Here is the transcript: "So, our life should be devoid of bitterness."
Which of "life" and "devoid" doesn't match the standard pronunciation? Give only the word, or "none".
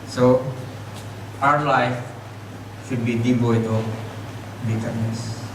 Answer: devoid